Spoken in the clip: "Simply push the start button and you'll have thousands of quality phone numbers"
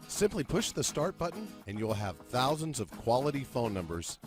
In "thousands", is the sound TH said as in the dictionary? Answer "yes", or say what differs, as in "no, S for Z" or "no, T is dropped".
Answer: yes